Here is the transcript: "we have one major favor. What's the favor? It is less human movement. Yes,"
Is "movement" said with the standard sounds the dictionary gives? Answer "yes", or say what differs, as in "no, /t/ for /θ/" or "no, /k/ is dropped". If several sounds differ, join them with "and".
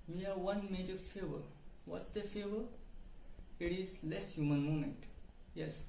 no, /v/ is dropped